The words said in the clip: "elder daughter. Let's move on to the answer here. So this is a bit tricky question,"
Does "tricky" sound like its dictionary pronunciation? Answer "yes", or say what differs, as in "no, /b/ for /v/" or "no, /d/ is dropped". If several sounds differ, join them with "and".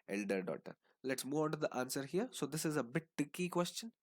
no, /ɹ/ is dropped